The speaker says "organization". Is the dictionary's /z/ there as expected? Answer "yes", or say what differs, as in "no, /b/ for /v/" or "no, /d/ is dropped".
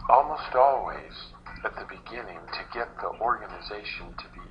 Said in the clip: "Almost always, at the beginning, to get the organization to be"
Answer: yes